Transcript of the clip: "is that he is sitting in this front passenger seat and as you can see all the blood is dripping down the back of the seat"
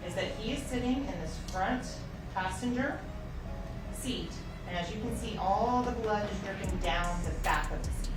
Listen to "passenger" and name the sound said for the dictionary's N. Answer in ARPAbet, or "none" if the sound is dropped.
N